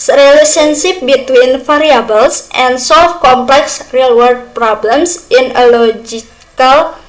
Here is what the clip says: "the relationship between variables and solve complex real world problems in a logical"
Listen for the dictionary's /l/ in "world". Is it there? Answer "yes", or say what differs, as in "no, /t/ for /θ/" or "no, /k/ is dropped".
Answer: no, /l/ is dropped